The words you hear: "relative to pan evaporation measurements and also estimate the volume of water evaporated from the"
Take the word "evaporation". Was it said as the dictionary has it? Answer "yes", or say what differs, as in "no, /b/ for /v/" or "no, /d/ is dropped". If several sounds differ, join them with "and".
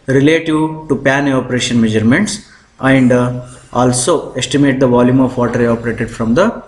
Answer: no, /v/ is dropped